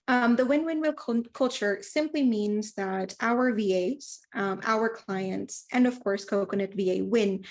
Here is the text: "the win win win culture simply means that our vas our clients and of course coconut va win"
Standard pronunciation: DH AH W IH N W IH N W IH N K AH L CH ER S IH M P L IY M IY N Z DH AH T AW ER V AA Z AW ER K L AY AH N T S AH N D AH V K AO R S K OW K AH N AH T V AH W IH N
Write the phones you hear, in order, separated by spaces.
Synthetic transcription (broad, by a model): DH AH W IH N W IH N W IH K K AH L CH ER S IH M P L IY M IY N Z DH AH T AW ER V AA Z AW ER K L AY AH N T S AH N AH V K AO R S K OW K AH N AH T V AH W IH N